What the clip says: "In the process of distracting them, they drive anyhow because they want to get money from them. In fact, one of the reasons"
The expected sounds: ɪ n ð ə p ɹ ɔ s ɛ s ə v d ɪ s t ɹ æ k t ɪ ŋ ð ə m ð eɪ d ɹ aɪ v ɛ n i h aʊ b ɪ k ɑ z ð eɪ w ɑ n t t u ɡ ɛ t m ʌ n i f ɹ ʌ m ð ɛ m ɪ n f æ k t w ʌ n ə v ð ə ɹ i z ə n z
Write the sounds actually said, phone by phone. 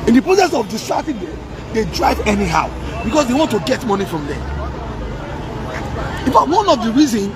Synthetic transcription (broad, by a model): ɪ n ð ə p ɹ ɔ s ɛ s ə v d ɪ s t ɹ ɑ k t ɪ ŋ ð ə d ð eɪ d ɹ aɪ v ɛ n i h aʊ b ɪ k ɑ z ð eɪ w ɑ n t t u ɡ ɛ t m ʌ n i f ɹ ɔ m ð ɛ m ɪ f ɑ t w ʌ n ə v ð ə ɹ i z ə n